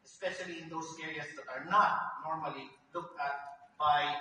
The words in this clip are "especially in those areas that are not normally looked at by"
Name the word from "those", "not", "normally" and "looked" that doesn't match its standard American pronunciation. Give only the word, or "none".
those